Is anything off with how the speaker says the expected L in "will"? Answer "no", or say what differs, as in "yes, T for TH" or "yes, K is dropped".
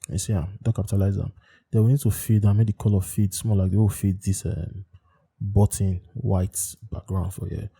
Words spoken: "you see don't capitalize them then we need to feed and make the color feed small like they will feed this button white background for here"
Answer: yes, W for L